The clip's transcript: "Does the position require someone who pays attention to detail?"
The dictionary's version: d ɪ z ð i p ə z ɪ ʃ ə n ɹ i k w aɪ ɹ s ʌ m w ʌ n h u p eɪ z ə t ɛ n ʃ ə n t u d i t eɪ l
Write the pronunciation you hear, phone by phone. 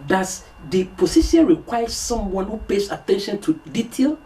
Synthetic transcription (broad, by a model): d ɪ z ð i p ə s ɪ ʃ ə n ɹ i k w aɪ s s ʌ m w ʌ n h u p eɪ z ə t ɛ n ʃ ə n t u d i t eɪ l